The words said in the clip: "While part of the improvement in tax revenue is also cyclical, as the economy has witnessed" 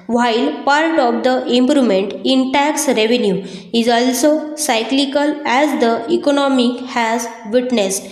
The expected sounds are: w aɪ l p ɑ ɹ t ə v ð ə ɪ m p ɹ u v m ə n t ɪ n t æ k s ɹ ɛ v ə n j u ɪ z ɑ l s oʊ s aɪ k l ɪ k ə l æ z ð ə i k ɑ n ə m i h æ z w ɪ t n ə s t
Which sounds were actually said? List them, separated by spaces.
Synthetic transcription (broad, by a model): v aɪ l p ɑ ɹ t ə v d ə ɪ m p ɹ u m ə n t ɪ n t æ k s ɹ ɛ v ə n j u ɪ z ɑ l s oʊ s aɪ k l ɪ k ə l æ z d ə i k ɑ n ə m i h æ z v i t n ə s t